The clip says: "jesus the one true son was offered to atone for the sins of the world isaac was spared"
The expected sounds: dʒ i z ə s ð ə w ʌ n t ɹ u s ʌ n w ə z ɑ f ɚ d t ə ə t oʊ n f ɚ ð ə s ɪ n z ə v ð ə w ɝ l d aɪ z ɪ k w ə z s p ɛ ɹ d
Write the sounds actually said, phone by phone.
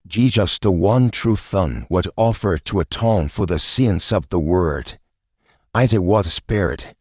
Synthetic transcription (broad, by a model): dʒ i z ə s ð ə w ʌ n t ɹ u θ ʌ n w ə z ɑ f ɚ d t ə ə t oʊ n f ɚ ð ə s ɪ n s ə v ð ə w ɝ d aɪ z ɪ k w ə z s p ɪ ɹ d